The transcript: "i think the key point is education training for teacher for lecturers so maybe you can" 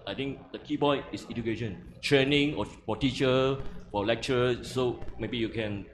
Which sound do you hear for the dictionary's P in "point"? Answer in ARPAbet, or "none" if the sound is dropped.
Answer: B